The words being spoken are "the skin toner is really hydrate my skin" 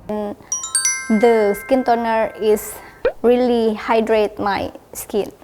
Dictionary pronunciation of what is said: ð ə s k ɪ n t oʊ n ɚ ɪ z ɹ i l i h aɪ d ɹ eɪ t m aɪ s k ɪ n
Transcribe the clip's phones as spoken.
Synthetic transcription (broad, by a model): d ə s k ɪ n t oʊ n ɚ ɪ s ɹ i l i h aɪ d ɹ eɪ t m aɪ s k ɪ n